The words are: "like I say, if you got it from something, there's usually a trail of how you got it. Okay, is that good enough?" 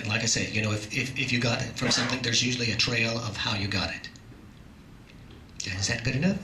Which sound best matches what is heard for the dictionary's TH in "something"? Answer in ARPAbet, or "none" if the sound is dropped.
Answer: TH